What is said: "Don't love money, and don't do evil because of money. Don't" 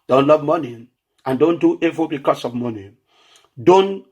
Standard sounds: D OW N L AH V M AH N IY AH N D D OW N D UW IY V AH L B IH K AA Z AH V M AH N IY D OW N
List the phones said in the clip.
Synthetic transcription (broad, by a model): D OW N L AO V M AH N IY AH N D D OW N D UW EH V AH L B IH K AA S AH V M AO N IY D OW N